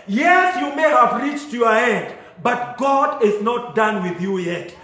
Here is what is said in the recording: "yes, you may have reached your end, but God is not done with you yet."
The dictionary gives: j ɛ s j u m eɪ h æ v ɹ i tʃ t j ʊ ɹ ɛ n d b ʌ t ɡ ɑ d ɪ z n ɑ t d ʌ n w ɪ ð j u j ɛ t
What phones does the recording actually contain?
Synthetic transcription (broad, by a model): j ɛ s j u m eɪ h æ v ɹ i tʃ t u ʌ ɛ n d b ʌ t ɡ ɑ d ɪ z n ɑ t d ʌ n w ɪ ð j u j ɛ t